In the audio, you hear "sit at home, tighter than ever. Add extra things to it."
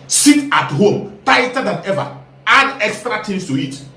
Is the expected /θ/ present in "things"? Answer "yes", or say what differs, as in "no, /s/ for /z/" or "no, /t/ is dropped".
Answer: no, /t/ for /θ/